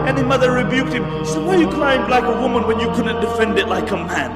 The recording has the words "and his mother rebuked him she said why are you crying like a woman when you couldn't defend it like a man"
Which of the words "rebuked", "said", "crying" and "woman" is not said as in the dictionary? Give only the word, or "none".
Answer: crying